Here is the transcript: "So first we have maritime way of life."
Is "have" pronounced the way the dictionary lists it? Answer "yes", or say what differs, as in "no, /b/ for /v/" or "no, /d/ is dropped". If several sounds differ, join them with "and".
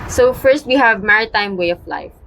yes